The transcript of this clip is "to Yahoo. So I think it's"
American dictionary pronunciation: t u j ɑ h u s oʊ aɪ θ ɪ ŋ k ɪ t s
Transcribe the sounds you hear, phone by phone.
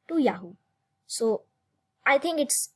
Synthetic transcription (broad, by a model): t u j ɑ h u s oʊ aɪ t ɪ ŋ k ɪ t s